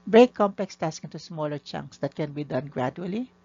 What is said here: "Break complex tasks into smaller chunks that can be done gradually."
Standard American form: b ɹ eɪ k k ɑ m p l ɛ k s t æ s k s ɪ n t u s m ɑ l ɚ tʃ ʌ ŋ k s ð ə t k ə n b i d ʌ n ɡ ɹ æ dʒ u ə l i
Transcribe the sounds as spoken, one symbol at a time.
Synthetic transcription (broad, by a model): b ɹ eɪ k k ɑ m p l ɛ k s t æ s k ɪ n t u s m ɑ l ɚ tʃ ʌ ŋ k s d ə t k ə n b i d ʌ n ɡ ɹ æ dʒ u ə l i